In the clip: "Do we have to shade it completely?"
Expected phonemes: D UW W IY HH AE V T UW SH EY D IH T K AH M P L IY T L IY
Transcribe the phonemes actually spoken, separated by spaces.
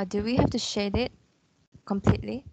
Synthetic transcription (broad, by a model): D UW W IY HH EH F T UW SH EY D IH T K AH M P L IY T L IY